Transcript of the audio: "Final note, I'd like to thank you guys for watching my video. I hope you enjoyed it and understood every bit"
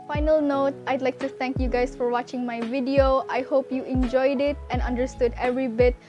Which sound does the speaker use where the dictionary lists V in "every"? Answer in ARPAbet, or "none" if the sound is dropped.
V